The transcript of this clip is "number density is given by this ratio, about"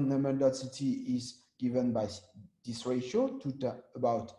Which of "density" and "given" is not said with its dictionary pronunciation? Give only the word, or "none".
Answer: density